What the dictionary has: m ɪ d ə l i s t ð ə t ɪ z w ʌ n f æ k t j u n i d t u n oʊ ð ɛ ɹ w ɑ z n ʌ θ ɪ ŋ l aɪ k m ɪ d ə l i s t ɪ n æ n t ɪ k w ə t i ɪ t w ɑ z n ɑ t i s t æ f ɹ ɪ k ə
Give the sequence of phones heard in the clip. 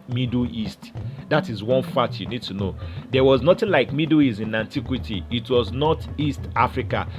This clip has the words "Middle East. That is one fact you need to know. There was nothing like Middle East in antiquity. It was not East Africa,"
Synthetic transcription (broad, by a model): m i d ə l i s t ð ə t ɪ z w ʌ n f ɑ t j u n i d t u n oʊ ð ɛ w ɑ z n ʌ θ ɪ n l aɪ k m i d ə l i s t ɪ n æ n t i k w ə t i t w ɑ z n ɑ t i s t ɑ f ɹ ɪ k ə